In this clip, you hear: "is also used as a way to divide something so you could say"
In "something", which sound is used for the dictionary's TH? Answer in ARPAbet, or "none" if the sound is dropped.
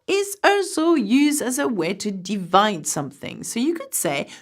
TH